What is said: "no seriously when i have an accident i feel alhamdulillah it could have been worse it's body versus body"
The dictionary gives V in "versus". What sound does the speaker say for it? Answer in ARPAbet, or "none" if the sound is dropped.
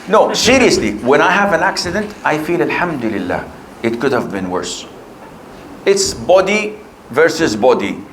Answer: V